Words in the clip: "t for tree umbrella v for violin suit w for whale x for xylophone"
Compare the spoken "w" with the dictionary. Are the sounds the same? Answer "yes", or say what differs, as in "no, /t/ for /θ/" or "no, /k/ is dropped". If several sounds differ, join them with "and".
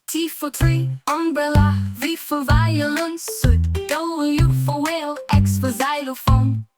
no, /b/ is dropped